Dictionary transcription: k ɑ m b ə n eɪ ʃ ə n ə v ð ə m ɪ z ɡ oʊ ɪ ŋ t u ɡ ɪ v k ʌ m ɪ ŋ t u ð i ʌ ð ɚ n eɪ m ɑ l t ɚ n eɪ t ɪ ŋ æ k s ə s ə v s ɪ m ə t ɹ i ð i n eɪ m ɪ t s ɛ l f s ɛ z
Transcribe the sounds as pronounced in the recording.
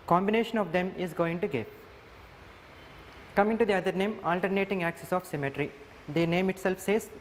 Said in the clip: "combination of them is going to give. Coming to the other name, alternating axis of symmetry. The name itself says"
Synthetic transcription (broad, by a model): k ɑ m b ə n eɪ ʃ ə n ə v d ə m ɪ z ɡ oʊ ɪ ŋ t u ɡ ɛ p k ʌ m ɪ ŋ t u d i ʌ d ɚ n eɪ m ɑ l t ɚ n eɪ t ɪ ŋ æ k s ə s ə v s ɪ m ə t ɹ i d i n eɪ m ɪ t s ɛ l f s ɛ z